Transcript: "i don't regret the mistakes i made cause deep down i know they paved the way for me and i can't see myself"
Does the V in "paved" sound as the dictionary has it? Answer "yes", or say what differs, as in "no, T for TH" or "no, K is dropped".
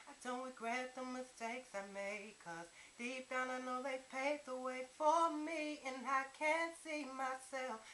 no, V is dropped